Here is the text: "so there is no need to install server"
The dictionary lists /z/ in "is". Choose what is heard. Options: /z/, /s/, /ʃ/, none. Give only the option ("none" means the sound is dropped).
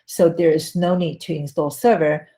/z/